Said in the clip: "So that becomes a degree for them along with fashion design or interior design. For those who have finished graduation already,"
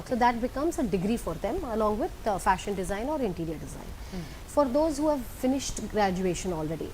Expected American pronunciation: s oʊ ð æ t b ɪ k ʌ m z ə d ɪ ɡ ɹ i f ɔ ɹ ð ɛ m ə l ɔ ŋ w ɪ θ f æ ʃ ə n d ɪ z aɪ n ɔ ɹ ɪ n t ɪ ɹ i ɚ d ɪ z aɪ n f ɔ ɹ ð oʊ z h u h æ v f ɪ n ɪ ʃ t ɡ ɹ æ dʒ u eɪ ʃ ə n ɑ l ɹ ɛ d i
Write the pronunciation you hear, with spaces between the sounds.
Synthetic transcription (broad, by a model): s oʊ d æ t b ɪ k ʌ m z ə d ɪ ɡ ɹ i f ɔ ɹ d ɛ m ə l ɔ ŋ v ɪ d f æ ʃ ə n d ɪ z aɪ n ɔ ɹ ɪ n t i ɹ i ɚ d ɪ z aɪ n f ɔ ɹ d oʊ z h u h æ v f ɪ n ɪ ʃ t ɡ ɹ æ dʒ u eɪ ʃ ə n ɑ l ɹ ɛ d i